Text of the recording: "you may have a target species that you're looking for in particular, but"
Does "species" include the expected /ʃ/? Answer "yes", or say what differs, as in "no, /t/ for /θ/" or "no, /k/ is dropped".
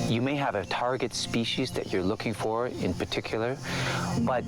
yes